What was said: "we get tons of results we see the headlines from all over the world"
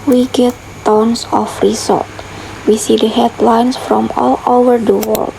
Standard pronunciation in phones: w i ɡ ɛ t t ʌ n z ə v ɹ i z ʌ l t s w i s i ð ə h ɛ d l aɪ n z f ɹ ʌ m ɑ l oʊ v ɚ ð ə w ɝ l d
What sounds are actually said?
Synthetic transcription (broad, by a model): w i ɡ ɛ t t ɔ n s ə f ɹ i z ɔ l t w i s i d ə h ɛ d l aɪ n s f ɹ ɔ m ɑ l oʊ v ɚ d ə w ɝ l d